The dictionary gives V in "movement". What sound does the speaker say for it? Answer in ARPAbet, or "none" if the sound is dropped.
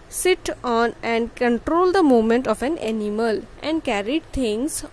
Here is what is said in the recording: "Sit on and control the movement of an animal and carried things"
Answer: none